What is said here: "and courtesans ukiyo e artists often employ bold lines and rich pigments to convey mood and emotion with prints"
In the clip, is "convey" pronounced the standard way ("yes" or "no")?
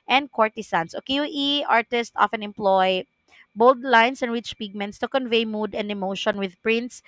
yes